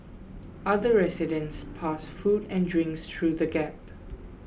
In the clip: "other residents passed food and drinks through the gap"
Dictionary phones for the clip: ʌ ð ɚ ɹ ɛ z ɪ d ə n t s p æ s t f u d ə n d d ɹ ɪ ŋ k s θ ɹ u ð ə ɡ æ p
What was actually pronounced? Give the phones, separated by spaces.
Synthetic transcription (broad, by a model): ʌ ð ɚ ɹ ɛ s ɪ d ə n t s p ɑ s f u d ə n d d ɹ ɪ ŋ k s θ ɹ u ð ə ɡ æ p